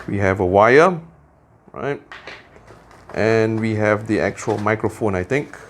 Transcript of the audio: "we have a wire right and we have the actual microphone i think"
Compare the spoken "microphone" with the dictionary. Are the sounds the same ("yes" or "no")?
yes